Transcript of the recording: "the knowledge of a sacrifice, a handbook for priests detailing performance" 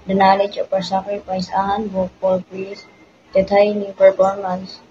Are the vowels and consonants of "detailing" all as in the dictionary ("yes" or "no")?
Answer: no